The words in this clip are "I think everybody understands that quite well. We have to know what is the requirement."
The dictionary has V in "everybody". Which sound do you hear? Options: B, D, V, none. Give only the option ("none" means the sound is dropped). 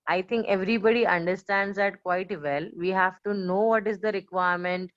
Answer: V